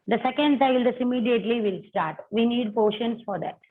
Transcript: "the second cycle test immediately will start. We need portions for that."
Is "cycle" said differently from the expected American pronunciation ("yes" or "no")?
yes